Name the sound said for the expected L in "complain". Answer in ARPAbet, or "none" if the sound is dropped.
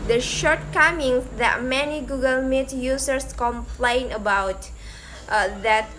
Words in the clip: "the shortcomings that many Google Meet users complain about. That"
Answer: L